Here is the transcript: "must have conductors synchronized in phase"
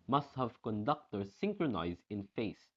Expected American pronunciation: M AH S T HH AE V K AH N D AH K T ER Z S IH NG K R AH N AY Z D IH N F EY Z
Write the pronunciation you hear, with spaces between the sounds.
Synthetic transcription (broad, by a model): M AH S T HH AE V K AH N D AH K T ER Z S IH NG K R AH N AY Z D IH N F EY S